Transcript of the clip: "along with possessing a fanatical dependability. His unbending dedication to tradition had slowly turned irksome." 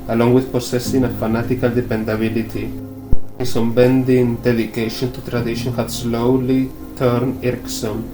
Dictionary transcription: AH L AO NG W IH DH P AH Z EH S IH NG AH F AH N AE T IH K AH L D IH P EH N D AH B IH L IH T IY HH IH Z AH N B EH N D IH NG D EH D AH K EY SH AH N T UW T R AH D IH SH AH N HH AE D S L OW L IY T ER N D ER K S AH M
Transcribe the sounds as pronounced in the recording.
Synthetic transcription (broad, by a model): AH L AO NG W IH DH P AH S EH S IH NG AH F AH N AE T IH K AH L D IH P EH N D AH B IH L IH T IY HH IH S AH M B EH N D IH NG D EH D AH K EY SH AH N T UW T R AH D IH SH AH N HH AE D S L OW L IY T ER N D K S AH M